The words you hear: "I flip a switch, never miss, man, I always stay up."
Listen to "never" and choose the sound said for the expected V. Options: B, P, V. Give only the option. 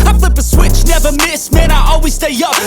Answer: V